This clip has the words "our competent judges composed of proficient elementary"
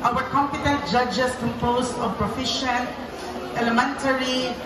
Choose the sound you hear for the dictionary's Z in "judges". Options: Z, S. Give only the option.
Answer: S